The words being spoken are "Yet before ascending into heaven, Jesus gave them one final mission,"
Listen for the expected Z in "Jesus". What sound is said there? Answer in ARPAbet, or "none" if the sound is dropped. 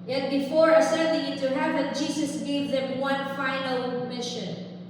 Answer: S